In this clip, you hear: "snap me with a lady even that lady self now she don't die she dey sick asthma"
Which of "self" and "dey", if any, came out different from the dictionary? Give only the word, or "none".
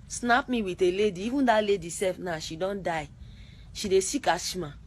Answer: self